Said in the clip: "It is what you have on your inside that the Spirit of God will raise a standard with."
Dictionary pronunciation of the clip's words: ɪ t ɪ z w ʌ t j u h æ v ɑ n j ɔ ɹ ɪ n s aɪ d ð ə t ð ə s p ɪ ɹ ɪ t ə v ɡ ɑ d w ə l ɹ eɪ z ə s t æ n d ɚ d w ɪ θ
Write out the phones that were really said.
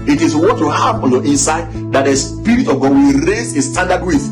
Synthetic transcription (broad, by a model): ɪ t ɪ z w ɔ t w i h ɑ p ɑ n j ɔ ɪ n s aɪ d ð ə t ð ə s p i ɹ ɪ t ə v ɡ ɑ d w ə l ɹ eɪ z ə s t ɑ n d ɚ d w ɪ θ